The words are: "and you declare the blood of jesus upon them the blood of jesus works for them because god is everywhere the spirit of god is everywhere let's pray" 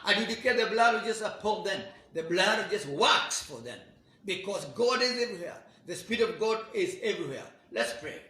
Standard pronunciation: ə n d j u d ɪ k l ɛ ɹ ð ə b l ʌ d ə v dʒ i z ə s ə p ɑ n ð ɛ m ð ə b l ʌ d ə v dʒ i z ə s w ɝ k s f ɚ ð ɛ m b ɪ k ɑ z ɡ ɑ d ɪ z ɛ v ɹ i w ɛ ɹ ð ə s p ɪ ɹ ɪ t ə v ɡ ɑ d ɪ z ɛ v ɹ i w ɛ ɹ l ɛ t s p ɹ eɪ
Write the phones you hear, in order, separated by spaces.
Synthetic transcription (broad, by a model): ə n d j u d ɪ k ɛ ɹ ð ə b l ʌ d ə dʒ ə s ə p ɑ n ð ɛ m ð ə b l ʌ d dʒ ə s w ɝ k s f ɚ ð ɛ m b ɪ k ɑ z ɡ ɑ d ɪ z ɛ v ɹ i w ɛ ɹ ð ə s p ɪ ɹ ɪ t ə v ɡ ɑ d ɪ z ɛ v ɹ i w ɛ ɹ l ɛ t s p ɹ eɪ